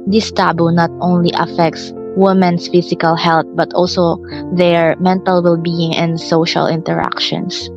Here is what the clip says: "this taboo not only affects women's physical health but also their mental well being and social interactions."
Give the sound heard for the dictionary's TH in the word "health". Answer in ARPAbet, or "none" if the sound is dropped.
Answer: T